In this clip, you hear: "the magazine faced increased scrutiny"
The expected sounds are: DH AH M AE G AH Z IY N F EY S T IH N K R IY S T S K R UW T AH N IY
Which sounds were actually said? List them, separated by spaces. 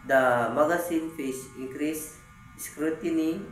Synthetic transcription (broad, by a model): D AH M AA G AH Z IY N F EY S IH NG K R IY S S K R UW T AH N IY